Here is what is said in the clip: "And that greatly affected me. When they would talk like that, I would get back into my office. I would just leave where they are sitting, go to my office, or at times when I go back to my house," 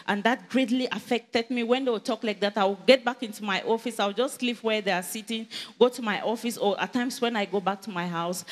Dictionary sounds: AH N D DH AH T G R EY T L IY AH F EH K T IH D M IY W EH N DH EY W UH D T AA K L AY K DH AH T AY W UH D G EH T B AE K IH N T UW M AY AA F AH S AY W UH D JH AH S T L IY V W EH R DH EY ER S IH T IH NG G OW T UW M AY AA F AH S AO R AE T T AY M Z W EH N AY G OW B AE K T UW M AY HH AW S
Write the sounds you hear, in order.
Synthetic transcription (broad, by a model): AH N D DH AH T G R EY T L IY AH F EH K T IH D M IY W EH N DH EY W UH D T AA K L AY K DH AH T AY W G EH T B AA K IH N T UW M AY AA F AH S AY W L JH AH S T L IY P W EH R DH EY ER S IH T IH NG G OW T UW M AY AA F AH S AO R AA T T AY M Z W EH N AY G OW B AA K T UW M AY HH AW S